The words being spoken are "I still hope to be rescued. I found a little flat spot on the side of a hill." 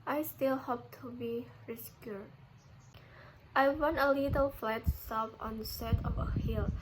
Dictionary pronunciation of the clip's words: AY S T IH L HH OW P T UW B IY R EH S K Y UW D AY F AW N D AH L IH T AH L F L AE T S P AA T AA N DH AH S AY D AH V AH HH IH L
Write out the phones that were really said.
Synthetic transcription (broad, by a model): AY S T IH L HH OW P T UW B IY R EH S K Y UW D AY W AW N AH L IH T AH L F L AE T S AA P AA N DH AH S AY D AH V AH HH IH L